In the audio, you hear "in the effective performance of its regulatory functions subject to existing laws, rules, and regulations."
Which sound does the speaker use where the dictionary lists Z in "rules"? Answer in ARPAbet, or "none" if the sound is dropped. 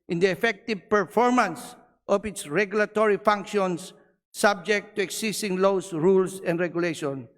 S